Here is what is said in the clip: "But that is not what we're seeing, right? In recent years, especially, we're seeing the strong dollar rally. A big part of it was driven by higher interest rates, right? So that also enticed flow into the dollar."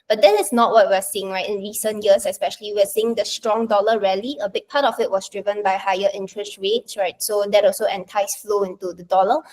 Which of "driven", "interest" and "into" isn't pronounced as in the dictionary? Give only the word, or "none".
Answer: none